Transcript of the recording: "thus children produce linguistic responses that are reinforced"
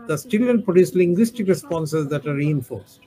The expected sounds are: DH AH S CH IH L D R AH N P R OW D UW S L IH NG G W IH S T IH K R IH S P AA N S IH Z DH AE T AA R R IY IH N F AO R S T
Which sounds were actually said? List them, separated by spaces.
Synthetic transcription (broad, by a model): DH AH S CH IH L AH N P R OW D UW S L IH NG G W IH S T IH K R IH S P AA N S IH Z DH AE T AA R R IY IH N F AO R S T